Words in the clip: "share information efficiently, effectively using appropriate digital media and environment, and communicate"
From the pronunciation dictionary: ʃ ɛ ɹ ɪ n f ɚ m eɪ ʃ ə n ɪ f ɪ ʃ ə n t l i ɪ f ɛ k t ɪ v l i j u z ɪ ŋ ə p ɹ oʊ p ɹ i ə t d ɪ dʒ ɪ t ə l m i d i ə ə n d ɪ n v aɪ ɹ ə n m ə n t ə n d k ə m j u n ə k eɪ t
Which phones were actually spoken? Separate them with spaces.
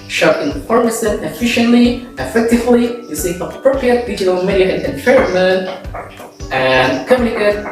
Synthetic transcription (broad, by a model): ʃ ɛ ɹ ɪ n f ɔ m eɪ s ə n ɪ f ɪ ʃ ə n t l i ɪ f ɛ k t ɪ v l i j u s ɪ ə p ɹ oʊ p ɹ i ə t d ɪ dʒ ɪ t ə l m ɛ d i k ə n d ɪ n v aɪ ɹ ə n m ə n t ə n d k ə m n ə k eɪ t